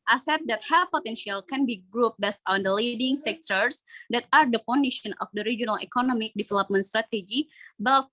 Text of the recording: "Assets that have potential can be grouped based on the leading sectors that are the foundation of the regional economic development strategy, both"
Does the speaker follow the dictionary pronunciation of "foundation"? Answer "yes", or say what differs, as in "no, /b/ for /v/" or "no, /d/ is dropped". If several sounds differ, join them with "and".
no, /p/ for /f/